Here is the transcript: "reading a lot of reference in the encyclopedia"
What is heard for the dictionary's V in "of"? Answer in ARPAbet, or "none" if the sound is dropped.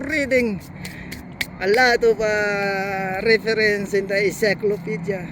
P